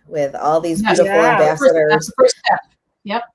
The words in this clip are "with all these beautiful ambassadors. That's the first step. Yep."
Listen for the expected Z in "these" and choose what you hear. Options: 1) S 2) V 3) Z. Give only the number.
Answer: 3